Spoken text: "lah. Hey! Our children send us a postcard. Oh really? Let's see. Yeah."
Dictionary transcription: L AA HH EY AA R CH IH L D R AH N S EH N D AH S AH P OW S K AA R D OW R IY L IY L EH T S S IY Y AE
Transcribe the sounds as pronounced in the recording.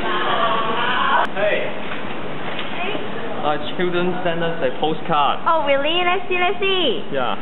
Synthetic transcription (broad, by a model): HH EY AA CH IH L D R AH N S EH N D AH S AH P OW S K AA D OW W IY L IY N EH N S S IY Y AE